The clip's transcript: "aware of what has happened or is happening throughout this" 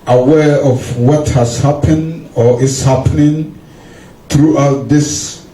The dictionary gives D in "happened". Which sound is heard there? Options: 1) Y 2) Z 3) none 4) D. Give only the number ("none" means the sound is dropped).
4